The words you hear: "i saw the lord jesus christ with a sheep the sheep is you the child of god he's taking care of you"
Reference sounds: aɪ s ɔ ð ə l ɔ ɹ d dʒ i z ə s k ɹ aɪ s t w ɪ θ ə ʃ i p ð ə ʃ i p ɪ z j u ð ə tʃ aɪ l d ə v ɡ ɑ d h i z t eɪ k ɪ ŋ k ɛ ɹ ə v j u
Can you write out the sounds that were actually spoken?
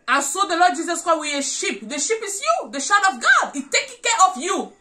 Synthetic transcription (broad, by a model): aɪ s ɔ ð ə l ɔ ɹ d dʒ i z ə s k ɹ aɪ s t w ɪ ə ʃ i p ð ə ʃ i p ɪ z j u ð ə ʃ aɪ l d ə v ɡ ɑ d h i t eɪ k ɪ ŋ k ɛ ɹ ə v j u